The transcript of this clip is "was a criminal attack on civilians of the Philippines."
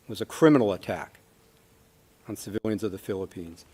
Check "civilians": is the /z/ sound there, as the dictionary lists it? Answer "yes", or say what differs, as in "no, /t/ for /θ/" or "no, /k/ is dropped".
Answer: yes